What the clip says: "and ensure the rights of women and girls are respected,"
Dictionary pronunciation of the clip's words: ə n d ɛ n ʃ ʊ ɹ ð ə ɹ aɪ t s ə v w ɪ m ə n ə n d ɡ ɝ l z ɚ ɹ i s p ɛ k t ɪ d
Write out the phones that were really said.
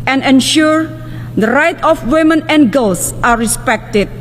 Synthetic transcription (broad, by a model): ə n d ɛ n ʃ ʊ ɹ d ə ɹ aɪ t ə f w ɪ m ə n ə n ɡ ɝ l s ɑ ɹ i s p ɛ k t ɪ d